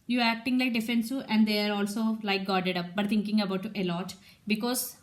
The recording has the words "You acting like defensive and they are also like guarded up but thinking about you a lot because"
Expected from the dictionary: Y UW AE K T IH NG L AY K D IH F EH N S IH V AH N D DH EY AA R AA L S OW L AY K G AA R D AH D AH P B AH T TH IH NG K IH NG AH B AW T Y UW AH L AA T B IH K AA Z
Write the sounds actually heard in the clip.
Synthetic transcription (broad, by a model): Y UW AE K T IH NG L AY K D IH F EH N S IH AH N D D EY AA R AA L S OW L AY K G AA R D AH D AH P B AH T T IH NG K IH NG AH B AW T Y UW AH L AA T B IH K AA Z